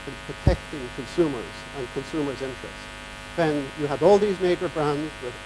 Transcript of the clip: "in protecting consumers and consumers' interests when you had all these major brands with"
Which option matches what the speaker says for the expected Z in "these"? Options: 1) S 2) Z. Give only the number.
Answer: 2